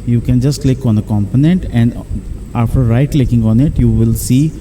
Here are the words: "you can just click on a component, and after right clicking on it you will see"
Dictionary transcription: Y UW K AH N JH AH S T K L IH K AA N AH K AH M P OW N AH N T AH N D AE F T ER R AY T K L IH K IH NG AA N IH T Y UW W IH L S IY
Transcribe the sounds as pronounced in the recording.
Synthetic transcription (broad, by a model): Y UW K AH N JH AH S T K L IH K AA N AH K AH M P OW N AH N T AH N D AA F T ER R AY T K L IH K IH NG AA N IH T Y UW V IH L S IY